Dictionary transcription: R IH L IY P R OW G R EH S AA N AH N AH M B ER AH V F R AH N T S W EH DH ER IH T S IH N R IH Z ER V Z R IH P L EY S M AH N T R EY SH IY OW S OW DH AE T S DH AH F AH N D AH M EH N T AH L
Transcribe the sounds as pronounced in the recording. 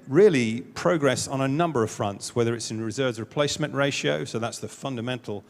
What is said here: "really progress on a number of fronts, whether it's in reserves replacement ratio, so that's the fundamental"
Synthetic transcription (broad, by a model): R IH L IY P R OW G R EH S N AH N AH M B ER AH V F R AH N T S W EH DH ER IH T S IH N R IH Z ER V Z R IH P L EY S M AH N T R EY SH IY OW S OW DH AE T S DH AH F AH N D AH M EH N T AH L